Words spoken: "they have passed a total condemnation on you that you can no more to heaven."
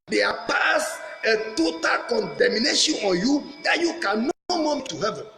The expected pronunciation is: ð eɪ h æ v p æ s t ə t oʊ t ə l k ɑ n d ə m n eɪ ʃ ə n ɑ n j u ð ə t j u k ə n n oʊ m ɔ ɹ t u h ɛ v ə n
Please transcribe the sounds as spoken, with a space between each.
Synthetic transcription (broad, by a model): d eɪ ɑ p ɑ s ə t oʊ t ə l k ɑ n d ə m n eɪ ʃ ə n ɑ n j u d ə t j u k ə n n oʊ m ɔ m t u h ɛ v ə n